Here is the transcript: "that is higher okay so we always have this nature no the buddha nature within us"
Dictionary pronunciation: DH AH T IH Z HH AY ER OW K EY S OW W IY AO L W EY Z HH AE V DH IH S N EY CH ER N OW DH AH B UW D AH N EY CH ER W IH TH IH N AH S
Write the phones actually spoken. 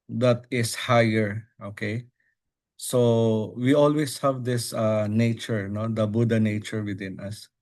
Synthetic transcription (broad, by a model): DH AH T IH S HH AY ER OW K EY S OW W IY AO L W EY S HH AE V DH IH S N EY CH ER N OW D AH B UW D AH N EY CH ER W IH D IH N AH S